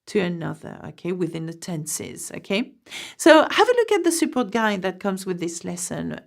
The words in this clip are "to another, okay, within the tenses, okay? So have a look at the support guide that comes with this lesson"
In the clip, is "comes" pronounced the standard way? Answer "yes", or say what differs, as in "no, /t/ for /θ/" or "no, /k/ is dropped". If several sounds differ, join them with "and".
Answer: yes